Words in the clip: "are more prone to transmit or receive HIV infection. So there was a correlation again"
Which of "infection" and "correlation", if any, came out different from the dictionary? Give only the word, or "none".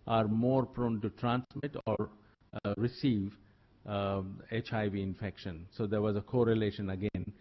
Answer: none